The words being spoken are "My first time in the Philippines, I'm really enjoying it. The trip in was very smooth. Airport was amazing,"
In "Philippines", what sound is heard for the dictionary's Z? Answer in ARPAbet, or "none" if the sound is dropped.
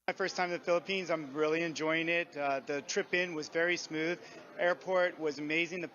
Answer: Z